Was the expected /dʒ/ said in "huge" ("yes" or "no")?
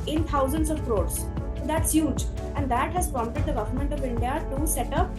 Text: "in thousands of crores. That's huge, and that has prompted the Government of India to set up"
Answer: yes